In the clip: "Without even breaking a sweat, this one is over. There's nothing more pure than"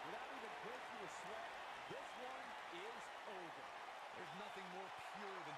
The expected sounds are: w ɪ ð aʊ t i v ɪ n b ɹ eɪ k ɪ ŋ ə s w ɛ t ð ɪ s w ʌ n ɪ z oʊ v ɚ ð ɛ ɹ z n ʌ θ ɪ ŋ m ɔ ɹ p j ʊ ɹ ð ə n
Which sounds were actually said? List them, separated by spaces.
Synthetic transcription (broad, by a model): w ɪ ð aʊ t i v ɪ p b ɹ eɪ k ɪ ə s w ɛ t ð ɪ s w ʌ n ɪ z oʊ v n ð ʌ ɹ z n ʌ θ ɪ ŋ m ɔ ɹ p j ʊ ɹ ð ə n